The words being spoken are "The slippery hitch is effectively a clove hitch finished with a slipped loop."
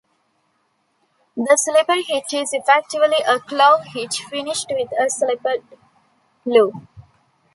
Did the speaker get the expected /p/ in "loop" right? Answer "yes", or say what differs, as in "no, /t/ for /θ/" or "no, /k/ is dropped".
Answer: no, /p/ is dropped